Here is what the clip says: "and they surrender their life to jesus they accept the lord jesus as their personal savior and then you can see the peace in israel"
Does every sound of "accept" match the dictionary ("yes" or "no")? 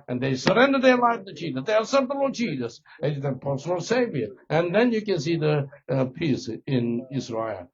no